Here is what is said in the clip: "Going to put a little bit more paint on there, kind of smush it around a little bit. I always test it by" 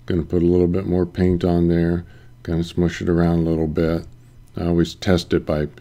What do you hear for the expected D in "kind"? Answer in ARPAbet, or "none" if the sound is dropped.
none